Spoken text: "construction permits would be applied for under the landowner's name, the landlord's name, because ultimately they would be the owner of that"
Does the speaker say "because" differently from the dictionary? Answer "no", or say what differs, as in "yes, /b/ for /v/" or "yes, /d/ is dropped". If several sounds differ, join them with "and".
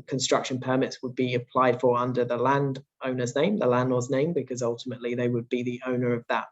no